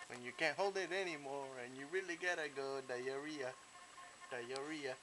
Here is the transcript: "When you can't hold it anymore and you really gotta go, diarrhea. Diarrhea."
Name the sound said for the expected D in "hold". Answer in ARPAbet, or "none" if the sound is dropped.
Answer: D